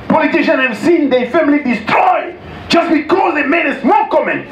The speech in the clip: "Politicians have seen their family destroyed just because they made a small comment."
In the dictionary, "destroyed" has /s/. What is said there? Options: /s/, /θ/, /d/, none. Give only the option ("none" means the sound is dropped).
/s/